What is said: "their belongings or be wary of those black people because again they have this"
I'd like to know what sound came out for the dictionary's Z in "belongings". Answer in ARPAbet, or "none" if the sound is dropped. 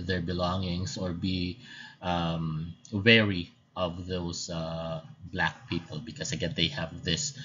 S